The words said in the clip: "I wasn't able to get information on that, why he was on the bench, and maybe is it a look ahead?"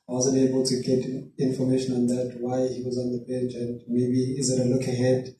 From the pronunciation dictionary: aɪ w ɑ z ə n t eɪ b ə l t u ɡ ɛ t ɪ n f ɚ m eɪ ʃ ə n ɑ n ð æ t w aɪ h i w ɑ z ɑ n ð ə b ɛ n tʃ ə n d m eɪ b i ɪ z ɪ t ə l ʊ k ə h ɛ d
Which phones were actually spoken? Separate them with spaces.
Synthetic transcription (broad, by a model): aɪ w ɑ z ə n t eɪ b ə l t u ɡ ɛ t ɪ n f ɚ m eɪ ʃ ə n ɑ n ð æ t w aɪ h i w ɑ z ɑ n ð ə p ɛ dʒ ə n d m eɪ b i ɪ z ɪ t ə l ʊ k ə h ɛ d